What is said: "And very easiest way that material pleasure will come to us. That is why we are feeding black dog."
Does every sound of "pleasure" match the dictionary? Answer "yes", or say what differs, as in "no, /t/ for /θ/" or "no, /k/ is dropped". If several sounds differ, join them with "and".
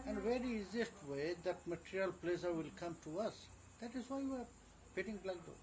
no, /s/ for /ʒ/